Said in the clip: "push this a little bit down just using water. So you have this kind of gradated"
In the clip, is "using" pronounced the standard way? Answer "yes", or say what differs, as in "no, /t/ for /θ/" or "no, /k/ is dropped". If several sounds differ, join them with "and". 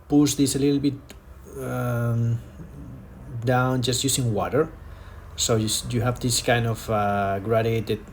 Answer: no, /s/ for /z/